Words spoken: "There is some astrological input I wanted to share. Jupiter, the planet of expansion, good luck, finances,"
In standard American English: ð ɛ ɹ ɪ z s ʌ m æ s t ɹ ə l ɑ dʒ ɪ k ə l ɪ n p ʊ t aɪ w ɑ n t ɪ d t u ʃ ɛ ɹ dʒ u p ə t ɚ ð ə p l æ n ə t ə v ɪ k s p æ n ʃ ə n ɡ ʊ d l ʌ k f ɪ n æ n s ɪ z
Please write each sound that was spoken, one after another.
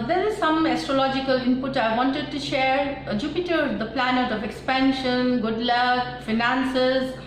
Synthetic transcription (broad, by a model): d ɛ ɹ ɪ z s ʌ m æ s t ɹ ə l ɑ dʒ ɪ k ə l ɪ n p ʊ t aɪ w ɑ n t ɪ d t u ʃ ɛ ɹ dʒ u p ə t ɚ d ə p l æ n ə t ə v ɪ k s p æ n ʃ ə n ɡ ʊ d l ʌ k f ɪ n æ n s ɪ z